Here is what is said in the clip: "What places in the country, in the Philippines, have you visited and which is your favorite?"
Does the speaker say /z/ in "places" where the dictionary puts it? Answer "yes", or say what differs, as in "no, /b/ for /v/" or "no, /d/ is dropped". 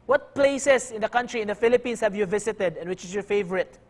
no, /s/ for /z/